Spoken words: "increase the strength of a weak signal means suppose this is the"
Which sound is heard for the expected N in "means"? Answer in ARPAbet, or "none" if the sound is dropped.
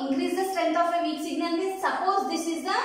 none